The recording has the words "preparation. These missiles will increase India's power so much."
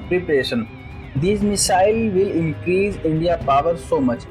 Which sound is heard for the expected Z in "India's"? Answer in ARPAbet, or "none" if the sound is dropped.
none